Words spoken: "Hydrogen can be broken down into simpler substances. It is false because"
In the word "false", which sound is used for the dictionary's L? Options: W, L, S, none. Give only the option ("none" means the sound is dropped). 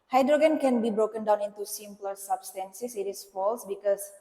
L